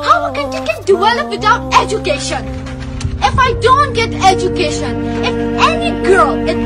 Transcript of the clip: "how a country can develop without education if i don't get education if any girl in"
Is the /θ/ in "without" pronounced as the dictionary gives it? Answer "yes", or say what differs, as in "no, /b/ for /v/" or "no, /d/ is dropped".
no, /t/ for /θ/